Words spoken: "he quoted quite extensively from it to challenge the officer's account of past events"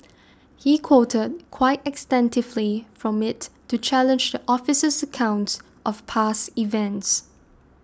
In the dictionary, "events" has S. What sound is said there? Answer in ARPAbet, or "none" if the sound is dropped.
S